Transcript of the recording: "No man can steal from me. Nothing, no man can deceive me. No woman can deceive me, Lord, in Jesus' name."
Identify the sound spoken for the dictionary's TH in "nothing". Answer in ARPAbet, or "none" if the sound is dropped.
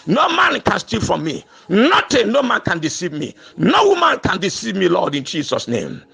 T